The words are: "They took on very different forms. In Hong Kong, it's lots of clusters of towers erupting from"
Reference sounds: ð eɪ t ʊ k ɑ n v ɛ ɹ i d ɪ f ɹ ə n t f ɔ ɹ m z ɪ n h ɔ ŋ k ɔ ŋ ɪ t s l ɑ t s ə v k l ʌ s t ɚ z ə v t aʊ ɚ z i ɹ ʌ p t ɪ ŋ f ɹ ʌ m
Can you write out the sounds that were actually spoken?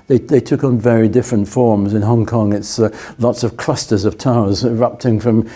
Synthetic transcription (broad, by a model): ð eɪ t ʊ k n v ɛ ɹ i d ɪ f ɹ ə n t f ɔ ɹ m z ɪ n h ɔ ŋ k ɔ ŋ ɪ t s l ɑ t s ə v k l ʌ s t ɚ z ə v t aʊ ɚ z ɹ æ p t ɪ ŋ f ɹ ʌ m